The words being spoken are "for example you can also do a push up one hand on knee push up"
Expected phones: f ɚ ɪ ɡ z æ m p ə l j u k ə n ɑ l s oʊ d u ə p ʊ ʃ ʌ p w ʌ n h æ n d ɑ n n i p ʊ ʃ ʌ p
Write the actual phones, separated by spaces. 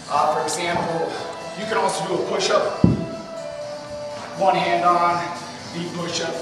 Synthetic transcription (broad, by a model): f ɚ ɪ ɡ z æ m p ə l j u k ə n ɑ s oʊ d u ə p ʊ ʃ ʌ p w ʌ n h æ n d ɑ n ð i p ʊ ʃ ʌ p